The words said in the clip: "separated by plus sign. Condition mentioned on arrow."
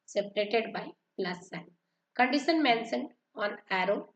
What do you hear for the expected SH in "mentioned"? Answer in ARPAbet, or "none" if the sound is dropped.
S